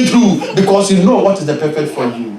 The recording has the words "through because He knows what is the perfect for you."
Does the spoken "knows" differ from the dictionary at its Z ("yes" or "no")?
yes